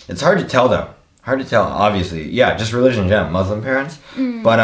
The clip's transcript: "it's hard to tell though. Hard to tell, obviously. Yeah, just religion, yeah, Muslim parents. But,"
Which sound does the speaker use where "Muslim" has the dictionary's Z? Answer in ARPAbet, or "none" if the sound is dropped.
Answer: Z